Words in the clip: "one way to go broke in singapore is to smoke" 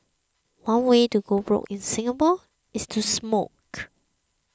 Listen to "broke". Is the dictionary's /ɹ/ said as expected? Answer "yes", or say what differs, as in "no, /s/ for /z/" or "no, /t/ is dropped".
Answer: yes